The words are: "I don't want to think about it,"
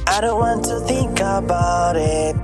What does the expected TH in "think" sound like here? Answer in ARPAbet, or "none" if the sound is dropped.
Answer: TH